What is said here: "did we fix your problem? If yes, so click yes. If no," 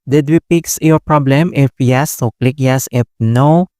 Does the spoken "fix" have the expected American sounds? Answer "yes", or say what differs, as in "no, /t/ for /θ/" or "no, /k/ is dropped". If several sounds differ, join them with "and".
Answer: no, /p/ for /f/